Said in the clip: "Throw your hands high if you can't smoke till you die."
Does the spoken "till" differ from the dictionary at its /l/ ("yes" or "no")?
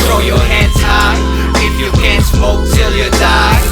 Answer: no